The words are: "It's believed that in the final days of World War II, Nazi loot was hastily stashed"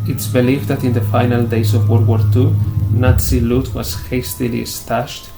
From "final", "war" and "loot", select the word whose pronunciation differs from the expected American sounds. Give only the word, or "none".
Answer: none